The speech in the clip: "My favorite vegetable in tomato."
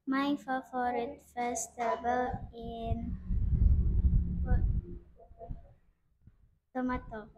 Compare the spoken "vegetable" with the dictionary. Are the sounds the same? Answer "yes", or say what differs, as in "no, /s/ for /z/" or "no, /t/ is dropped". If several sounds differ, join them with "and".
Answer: no, /f/ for /v/